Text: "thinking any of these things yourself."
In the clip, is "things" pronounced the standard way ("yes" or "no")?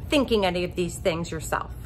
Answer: yes